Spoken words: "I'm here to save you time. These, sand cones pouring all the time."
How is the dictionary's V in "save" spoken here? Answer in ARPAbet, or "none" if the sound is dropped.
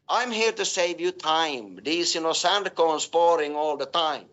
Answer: V